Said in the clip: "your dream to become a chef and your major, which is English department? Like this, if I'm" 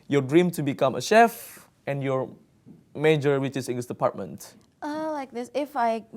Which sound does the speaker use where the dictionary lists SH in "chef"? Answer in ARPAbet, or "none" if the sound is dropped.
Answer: SH